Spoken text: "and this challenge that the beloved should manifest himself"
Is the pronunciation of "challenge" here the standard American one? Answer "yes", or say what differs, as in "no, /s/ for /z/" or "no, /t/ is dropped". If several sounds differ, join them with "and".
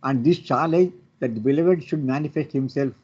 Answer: no, /n/ is dropped